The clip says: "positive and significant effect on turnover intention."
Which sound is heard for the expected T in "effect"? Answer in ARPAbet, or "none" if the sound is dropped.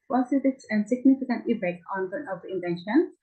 none